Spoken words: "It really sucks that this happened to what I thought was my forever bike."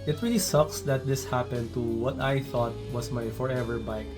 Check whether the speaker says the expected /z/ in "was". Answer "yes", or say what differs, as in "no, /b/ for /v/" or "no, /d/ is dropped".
no, /s/ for /z/